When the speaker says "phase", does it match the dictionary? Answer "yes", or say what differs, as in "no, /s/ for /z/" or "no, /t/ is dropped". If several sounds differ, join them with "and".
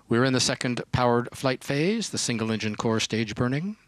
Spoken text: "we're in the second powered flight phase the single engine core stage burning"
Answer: yes